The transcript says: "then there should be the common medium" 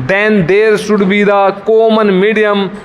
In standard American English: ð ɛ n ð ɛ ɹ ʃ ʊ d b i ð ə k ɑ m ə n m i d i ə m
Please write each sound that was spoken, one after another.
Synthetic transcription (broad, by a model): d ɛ n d ɛ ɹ s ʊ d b i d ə k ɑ m ə n m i d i ə m